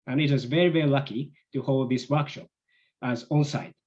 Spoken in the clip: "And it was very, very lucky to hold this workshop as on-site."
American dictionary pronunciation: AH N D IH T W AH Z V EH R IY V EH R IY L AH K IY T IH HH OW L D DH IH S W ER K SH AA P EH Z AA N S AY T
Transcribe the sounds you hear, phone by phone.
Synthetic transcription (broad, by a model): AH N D IH T W AH Z V EH R IY V EH R IY L AH K IY T IH HH OW L D DH IH S W ER K SH AA P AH Z AA N S AY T